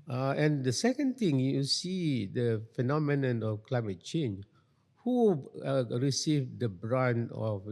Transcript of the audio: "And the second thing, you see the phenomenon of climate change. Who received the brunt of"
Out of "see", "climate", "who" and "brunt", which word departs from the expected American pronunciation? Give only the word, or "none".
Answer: brunt